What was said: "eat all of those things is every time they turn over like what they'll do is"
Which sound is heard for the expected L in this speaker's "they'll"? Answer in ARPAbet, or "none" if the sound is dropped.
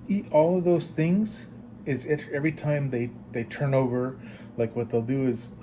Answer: L